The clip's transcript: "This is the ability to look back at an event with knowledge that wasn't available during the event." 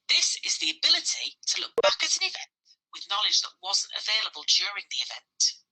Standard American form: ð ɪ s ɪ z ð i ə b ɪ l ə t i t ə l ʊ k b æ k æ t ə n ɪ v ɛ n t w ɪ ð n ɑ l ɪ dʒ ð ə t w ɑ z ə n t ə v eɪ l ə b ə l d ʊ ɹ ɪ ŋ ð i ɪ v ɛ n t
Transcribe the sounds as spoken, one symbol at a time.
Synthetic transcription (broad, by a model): ð ɪ s ɪ z ð i ə b ɪ l ə t i t ə l ʊ k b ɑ k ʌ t ə n ɪ v ɛ n t w ɪ ð n ɑ l ɪ dʒ ð ə t w ɑ z ə n t ə v eɪ l ə b ə l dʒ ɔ ɹ ɪ ŋ ð i ɪ v ɛ n t